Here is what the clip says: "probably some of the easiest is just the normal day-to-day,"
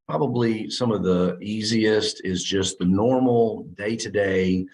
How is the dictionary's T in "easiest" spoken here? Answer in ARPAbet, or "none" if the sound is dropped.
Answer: T